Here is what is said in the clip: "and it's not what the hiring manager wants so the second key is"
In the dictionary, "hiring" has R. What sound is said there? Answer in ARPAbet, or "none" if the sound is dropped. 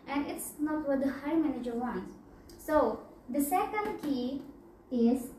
none